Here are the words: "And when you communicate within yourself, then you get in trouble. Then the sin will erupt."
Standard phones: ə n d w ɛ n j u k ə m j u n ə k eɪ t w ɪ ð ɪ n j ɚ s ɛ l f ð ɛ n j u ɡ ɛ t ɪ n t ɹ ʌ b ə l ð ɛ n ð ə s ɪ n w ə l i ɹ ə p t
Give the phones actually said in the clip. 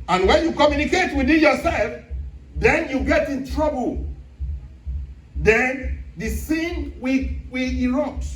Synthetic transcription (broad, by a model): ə n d w ɛ n j u k ə m j u n ə k eɪ t w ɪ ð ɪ j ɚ s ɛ l f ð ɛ n j u ɡ ɛ t ɪ n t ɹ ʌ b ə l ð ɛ n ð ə s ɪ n w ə w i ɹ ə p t